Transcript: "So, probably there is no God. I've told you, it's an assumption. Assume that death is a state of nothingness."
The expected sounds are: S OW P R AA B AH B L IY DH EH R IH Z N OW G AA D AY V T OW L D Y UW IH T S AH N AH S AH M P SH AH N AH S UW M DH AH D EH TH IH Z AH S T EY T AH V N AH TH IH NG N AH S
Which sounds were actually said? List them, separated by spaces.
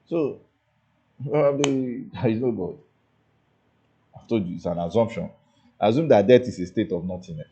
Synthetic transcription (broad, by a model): S OW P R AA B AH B L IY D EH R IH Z N OW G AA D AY F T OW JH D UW IH T S AH N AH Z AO M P SH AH N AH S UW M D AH D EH T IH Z AH S T EY T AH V N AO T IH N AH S